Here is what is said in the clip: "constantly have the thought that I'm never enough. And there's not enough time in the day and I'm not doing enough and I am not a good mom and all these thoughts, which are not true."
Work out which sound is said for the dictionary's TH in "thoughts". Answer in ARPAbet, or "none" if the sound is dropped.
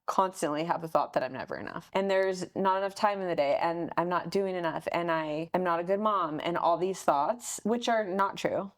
TH